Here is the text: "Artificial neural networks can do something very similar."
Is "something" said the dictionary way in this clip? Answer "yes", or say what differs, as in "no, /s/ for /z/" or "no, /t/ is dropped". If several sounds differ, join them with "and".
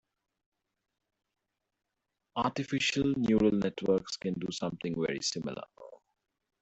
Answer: no, /t/ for /θ/